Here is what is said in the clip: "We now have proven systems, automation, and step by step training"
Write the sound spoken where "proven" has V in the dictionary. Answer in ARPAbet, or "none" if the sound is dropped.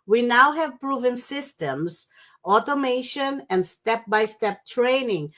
V